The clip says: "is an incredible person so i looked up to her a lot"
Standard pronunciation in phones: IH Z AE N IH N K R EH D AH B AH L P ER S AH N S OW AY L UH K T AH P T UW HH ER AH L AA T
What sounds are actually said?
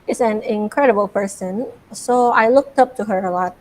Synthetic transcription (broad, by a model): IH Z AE N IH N K R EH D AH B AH L P ER S AH N S OW AY L UH K T AH P T UW HH ER AH L AA T